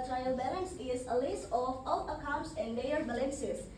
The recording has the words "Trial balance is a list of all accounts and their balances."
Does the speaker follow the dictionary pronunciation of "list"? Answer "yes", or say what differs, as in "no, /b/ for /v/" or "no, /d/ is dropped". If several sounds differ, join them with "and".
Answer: no, /t/ is dropped